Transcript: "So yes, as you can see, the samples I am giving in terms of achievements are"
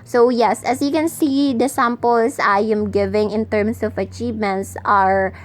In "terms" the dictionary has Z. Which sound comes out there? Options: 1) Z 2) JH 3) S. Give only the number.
3